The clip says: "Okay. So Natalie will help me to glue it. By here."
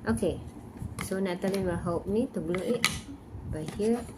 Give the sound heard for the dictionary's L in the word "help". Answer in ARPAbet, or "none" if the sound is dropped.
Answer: none